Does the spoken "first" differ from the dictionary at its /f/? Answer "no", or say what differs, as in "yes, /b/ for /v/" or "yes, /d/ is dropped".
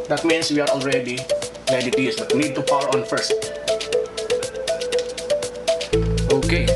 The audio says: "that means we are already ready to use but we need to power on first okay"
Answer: no